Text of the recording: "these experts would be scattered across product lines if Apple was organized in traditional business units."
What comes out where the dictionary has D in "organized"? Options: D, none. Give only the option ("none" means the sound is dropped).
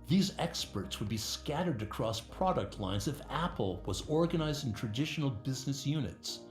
D